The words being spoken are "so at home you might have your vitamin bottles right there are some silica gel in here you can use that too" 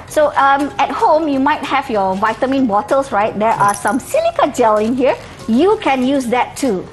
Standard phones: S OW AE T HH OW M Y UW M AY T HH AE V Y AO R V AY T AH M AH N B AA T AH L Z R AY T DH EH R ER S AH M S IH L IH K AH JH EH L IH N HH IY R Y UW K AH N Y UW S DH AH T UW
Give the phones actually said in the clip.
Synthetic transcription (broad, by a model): S OW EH T HH OW M Y UW M AY T HH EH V Y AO V AY T AH M AH N B AA T AH L S R AY T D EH R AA S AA M S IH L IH K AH JH EH L IH N HH IY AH Y UW K AH N Y UW S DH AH T UW